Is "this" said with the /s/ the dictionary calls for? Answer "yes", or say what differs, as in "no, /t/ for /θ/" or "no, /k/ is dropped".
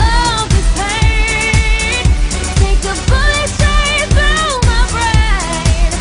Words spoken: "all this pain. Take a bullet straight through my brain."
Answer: no, /s/ is dropped